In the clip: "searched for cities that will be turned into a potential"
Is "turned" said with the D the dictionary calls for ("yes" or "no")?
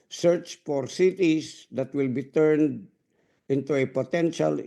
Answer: yes